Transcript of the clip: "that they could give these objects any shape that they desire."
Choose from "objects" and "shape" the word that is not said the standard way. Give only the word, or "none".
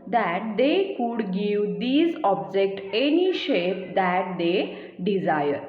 objects